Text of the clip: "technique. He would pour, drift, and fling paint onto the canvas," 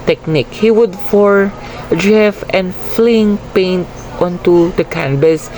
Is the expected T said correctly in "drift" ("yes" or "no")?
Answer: no